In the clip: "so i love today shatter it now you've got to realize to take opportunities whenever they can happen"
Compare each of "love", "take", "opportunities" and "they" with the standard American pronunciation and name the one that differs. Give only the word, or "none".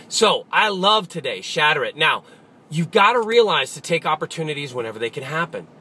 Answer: none